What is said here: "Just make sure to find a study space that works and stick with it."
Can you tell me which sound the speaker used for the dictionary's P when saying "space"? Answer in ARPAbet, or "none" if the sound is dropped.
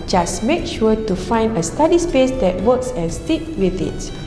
P